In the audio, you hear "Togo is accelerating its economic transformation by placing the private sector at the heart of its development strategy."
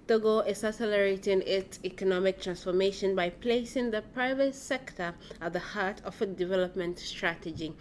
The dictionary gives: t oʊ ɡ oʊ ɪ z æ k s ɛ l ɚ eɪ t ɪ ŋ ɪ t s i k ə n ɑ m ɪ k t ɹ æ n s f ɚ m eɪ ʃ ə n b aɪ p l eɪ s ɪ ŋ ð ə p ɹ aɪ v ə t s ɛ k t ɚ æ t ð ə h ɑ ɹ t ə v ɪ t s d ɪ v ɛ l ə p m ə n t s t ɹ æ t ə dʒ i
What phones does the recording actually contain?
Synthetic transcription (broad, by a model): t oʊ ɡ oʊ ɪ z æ s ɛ l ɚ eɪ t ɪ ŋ ɪ t s i k ə n ɑ m ɪ k t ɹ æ n s f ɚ m eɪ ʃ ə n b aɪ p l eɪ s ɪ ŋ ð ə p ɹ aɪ v ə t s ɛ k t ɚ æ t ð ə h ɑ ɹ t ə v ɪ d ɪ v ɛ l ə p m ə n t s t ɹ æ t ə dʒ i